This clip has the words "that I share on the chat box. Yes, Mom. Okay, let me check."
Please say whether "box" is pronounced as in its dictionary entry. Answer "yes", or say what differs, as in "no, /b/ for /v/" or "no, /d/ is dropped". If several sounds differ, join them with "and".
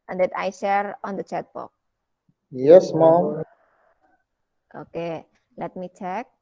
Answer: no, /s/ is dropped